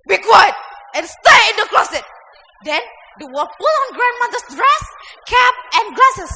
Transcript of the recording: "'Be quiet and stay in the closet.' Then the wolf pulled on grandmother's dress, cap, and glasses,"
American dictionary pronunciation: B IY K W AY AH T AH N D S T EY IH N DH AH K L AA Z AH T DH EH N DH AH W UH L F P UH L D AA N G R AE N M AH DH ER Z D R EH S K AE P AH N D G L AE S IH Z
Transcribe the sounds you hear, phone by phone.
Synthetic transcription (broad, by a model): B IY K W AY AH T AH N S T EY IH N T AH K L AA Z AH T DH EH N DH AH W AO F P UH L AA N G R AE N M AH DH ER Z D R EH S K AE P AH N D G L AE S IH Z